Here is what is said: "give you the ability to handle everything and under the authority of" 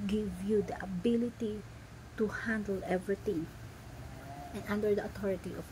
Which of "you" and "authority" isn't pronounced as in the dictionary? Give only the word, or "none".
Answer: authority